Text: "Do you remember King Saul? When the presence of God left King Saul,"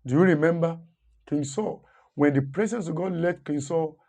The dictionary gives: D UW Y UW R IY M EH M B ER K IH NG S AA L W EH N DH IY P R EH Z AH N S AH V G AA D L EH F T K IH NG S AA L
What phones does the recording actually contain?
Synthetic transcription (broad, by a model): D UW Y UW R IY M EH M B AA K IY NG S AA W EH N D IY P R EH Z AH N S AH G AA D L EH T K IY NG S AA